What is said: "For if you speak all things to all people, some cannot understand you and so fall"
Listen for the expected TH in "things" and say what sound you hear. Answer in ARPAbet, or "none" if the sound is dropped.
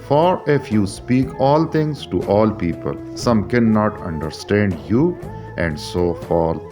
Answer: T